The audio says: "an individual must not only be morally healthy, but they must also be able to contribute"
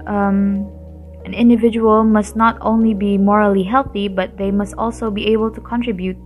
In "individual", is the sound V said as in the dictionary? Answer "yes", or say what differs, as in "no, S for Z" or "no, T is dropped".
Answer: yes